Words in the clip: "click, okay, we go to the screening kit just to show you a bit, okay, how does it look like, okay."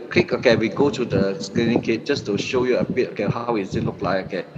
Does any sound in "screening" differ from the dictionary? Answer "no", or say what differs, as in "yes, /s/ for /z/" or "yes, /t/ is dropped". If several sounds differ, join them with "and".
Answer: yes, /l/ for /ɹ/